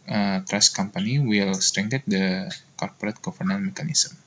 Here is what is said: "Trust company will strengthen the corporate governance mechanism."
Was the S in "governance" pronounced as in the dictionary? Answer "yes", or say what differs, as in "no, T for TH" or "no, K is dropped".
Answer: no, S is dropped